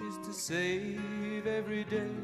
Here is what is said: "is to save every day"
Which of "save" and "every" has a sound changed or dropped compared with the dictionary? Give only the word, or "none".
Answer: none